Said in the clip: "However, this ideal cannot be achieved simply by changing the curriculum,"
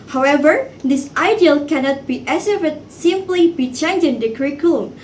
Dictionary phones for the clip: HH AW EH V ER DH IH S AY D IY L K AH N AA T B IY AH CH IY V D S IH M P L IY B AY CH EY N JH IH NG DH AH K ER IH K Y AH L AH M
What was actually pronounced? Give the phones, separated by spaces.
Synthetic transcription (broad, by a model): HH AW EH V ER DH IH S AY D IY L K AH N AA T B IY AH S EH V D S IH M P L IY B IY CH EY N JH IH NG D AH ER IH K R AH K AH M